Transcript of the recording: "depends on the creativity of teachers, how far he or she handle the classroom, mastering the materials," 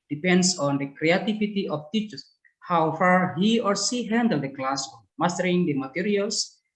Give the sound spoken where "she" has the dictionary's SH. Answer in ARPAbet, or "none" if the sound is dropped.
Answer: S